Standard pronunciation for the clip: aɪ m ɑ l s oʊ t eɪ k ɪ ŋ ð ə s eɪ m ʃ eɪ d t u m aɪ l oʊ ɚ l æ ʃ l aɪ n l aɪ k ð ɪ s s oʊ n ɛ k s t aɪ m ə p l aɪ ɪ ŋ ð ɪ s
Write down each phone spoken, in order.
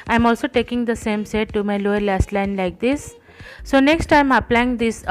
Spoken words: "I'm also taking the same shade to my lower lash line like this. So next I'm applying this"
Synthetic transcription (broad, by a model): aɪ m ɑ l s oʊ t eɪ k ɪ ŋ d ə s eɪ m s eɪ t u m aɪ l oʊ ɚ l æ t l aɪ n l aɪ k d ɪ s s oʊ n ɛ k s t aɪ m ə p l aɪ ɪ ŋ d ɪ s